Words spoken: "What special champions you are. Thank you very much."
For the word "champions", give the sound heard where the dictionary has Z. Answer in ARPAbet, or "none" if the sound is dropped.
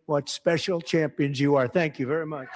Z